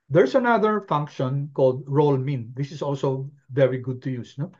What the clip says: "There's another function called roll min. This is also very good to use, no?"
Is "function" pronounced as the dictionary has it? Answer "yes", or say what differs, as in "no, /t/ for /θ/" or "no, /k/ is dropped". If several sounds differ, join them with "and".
yes